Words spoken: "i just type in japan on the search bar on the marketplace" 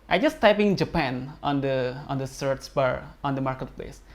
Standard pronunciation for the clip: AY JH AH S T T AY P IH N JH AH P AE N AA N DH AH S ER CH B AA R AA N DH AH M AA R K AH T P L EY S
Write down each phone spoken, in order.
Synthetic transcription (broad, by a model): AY JH AH S T T AY P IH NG JH AH P AE N AA N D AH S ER S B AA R AA N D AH M AA R K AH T P L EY S